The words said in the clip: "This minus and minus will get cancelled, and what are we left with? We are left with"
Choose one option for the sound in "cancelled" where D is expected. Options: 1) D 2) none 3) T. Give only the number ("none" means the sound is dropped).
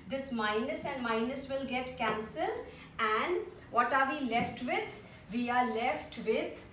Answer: 1